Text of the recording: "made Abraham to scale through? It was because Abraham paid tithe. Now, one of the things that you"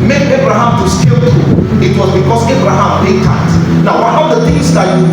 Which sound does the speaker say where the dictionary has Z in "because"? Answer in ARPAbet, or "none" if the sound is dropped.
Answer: S